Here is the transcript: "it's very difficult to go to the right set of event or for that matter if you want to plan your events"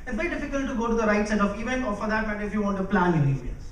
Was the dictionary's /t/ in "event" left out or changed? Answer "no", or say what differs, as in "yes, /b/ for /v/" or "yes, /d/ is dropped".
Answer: yes, /t/ is dropped